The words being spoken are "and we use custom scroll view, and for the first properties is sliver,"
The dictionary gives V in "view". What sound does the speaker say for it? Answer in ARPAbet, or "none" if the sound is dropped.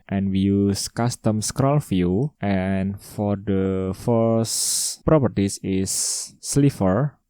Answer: F